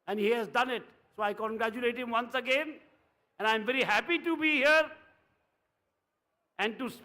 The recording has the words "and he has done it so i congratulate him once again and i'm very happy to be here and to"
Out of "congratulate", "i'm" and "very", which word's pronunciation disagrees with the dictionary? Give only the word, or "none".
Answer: none